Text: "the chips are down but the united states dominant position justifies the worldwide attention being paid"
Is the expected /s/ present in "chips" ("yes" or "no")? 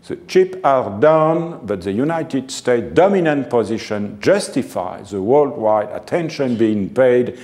no